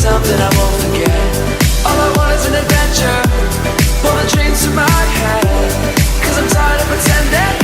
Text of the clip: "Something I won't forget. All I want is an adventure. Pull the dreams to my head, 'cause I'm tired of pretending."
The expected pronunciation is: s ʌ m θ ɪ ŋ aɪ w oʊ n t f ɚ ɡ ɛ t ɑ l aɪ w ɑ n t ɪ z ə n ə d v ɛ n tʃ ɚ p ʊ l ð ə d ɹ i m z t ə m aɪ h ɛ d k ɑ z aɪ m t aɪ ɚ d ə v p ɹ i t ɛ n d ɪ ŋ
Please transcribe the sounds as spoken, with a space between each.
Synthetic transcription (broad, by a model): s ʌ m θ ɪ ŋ aɪ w oʊ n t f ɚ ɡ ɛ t ɑ l aɪ w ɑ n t ɪ z ə n ə d v ɛ n tʃ ɚ b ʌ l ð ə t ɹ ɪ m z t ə m aɪ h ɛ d k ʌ z aɪ m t aɪ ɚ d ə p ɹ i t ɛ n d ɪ